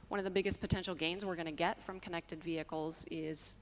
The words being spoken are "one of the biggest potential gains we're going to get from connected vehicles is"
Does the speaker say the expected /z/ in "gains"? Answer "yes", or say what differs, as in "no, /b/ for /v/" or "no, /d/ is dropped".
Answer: yes